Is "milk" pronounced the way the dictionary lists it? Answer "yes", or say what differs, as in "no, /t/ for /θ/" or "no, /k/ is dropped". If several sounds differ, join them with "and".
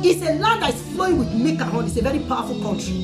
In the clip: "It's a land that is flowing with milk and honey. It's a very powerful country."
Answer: no, /l/ is dropped